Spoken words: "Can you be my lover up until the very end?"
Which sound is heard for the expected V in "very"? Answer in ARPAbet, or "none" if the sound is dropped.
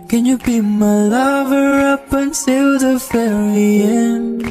F